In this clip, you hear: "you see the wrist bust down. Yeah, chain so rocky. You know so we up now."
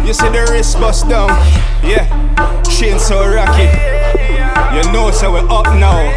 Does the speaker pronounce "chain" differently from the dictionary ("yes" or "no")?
yes